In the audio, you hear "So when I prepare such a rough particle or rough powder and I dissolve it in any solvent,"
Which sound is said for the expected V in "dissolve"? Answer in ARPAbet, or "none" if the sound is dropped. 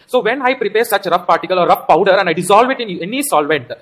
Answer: V